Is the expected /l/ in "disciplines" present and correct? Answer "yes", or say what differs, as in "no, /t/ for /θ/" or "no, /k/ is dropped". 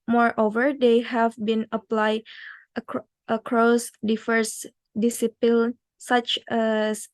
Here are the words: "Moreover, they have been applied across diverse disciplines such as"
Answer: no, /l/ is dropped